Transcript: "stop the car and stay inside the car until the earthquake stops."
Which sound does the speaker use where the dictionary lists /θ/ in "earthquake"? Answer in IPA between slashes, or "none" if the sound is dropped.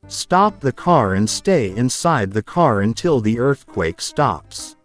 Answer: /θ/